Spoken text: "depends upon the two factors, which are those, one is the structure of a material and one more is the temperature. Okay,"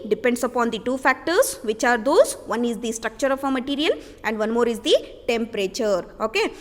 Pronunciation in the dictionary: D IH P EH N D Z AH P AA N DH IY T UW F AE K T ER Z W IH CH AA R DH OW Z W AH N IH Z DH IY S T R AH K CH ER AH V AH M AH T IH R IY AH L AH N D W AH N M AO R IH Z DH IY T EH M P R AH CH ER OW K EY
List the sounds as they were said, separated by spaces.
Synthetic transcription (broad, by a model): D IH P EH N D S AH P AA N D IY T UW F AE K T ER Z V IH CH AA R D OW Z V AH N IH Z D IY S T R AH K CH ER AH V AH M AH T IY R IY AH L AH N D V AH N M AO R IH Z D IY T EH M P R AH CH ER OW K EY